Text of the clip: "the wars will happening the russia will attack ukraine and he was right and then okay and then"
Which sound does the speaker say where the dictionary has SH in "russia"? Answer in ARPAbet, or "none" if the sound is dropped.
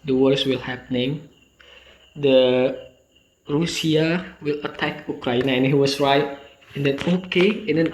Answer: S